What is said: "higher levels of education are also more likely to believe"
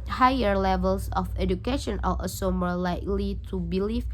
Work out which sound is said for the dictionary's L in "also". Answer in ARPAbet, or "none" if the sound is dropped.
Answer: none